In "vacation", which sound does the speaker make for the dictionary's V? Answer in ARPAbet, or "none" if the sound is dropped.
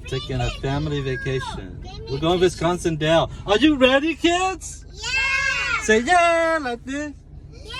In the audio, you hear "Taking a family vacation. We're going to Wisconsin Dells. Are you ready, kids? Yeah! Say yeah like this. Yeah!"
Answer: V